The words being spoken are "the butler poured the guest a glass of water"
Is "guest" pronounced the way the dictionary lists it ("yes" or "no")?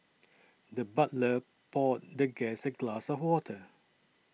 no